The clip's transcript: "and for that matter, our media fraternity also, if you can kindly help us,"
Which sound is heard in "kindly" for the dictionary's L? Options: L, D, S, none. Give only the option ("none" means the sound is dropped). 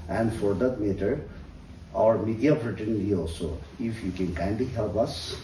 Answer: none